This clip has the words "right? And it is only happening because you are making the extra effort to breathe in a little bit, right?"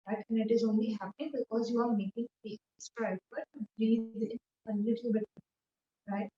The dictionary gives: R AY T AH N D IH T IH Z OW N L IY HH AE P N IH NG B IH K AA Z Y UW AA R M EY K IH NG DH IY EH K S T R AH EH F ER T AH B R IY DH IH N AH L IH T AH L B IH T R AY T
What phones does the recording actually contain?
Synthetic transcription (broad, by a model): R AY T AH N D IH T IH Z OW N L IY HH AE P IH B IH K AA Z Y UW AA R M EY K IH NG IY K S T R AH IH P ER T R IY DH IH N AH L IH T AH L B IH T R AY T